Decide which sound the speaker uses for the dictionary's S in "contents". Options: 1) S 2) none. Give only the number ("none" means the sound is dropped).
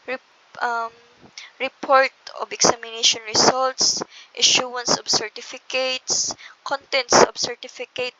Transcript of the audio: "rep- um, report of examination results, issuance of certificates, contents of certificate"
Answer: 1